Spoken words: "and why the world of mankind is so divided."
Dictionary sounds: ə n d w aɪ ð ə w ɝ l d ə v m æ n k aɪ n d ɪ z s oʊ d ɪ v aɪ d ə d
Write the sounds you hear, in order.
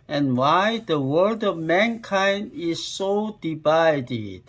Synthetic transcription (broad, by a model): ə n w aɪ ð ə w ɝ d ə v m æ n k aɪ n d ɪ z s oʊ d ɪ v aɪ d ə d